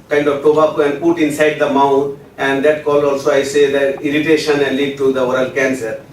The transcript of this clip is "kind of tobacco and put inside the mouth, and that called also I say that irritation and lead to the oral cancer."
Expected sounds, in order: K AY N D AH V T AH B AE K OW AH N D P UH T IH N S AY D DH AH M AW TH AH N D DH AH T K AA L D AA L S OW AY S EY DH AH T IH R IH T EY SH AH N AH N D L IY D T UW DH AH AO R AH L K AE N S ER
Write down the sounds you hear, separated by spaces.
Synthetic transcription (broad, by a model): K AY N D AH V T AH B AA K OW AH N D P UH T IH N S AY D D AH M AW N AH N D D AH T K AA L AA L S OW AY S EY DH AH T IH R IH T EY SH AH N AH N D L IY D T UW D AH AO R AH L K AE N S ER